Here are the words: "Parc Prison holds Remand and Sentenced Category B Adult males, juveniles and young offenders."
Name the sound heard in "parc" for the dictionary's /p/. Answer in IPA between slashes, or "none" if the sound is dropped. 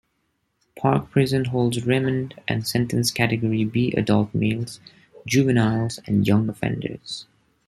/p/